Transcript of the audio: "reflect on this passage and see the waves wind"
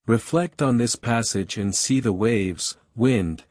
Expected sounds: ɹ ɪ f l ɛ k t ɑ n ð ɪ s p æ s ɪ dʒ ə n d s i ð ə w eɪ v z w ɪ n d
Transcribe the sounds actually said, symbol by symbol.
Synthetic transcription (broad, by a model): ɹ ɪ f l ɛ k t n ð ɪ s p æ s ɪ dʒ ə n s i ð ə w eɪ v z w ɪ n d